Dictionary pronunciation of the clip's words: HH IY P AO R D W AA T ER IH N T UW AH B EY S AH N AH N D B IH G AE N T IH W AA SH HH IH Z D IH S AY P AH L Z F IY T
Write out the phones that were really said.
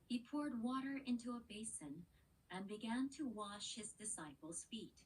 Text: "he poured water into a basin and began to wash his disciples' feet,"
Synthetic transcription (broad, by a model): HH IY P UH R D W AA T ER IH N T UW AH B EY S AH N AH N B IH G AE N T IH W AA SH HH IH Z D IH S AY P L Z F IY T